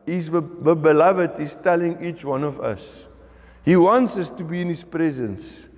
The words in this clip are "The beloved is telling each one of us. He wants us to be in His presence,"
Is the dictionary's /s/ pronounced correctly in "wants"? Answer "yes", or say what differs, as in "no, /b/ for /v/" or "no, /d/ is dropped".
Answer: yes